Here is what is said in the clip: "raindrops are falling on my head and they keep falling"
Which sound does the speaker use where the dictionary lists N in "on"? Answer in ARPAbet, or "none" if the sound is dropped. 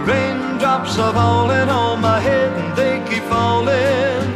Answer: L